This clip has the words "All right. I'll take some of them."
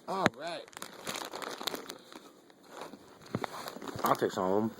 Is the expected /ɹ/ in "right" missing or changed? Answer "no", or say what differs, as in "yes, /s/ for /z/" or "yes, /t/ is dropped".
no